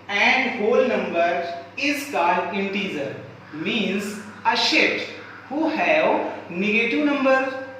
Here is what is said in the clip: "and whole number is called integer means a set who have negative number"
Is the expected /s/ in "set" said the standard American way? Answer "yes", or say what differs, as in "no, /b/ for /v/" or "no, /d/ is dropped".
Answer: no, /ʃ/ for /s/